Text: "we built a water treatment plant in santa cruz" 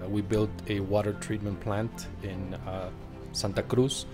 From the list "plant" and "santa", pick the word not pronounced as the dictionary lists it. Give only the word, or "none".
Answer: none